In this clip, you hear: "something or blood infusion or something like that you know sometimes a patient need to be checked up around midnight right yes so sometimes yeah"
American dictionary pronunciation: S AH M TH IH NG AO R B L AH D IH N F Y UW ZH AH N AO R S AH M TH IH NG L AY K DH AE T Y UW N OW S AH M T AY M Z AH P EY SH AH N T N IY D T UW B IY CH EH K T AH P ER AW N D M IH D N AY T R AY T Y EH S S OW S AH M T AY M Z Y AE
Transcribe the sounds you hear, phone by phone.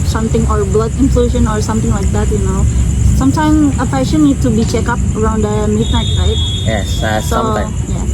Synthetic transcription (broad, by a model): S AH M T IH NG AO R B L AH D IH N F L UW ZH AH N AO R S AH M T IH NG L AY K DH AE T Y UW N OW S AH M T AY M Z AH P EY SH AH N N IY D T UW B IY CH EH K AH P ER AW N D M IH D N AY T R AY T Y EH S S OW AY Y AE